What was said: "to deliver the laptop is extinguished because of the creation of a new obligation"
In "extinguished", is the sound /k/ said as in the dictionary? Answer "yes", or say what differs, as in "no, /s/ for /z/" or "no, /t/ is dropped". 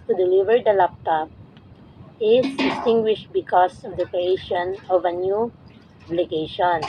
no, /k/ is dropped